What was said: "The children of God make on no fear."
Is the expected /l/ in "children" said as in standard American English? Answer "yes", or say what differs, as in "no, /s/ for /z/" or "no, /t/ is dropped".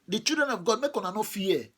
no, /l/ is dropped